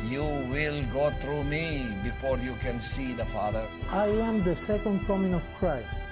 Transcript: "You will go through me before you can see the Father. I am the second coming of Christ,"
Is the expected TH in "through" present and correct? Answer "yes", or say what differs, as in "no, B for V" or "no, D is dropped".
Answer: no, T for TH